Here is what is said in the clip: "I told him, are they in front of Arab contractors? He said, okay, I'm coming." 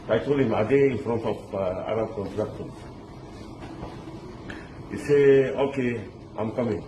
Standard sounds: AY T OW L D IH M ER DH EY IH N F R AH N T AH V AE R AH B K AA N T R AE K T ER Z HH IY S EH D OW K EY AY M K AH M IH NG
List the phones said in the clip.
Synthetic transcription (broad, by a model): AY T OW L IH M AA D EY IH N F R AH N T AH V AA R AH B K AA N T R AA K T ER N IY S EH OW K EY AY M K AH M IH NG